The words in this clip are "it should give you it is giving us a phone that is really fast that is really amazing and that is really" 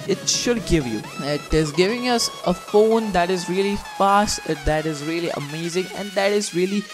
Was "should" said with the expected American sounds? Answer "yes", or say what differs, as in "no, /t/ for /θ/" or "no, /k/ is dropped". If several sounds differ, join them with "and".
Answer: yes